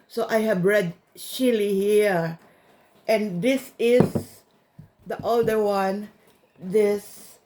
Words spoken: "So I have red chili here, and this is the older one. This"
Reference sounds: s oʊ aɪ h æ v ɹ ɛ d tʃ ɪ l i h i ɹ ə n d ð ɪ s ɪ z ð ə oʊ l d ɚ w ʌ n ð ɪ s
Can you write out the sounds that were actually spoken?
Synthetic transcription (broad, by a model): s oʊ aɪ h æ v ɹ ɛ d ʃ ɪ l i h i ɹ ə n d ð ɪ s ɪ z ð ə oʊ l d ɚ w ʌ n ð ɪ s